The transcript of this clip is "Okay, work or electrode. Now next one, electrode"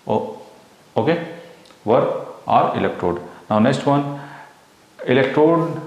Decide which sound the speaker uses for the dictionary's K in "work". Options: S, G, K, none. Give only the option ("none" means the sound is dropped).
none